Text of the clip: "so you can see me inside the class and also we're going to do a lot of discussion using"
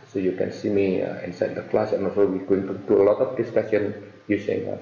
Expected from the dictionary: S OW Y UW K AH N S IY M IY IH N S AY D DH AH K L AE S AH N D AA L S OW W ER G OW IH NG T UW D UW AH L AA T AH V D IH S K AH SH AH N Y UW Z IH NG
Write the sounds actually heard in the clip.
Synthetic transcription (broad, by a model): S OW Y UW K AH N S IY M IY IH N S AY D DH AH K L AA S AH N AA L S OW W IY G OW IH NG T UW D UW AH L AA T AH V D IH S K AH S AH N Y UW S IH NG